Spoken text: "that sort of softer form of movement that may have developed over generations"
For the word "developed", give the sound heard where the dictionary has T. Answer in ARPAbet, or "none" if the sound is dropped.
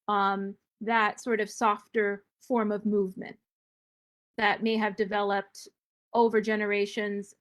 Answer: T